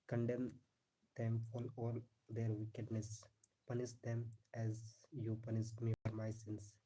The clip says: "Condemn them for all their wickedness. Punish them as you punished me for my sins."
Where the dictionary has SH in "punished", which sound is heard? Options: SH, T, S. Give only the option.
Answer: S